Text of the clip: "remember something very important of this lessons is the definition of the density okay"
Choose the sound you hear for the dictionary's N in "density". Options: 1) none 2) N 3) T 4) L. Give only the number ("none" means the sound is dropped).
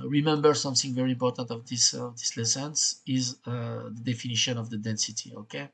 2